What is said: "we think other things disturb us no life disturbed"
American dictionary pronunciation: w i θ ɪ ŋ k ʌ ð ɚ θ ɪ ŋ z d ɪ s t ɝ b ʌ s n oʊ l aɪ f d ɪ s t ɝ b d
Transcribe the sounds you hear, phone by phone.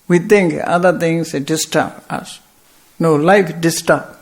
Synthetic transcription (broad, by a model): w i t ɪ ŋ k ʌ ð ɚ t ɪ ŋ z d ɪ s t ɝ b ʌ s n oʊ l aɪ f d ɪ s t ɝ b